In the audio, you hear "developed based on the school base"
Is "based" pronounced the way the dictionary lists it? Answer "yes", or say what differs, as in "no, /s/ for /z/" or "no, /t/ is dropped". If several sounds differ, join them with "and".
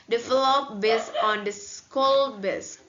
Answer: no, /t/ is dropped